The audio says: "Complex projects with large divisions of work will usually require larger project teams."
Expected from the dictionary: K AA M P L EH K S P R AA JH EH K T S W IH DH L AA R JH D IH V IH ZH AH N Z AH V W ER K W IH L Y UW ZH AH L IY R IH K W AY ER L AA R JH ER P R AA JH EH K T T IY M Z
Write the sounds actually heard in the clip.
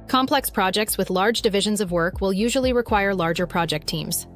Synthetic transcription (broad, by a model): K AA M P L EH K S P R AA JH EH K T S W IH DH L AA R JH D IH V IH ZH AH N Z AH V W ER K W IH L Y UW ZH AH L IY R IH K W AY ER L AA R JH ER P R AA JH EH K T T IY M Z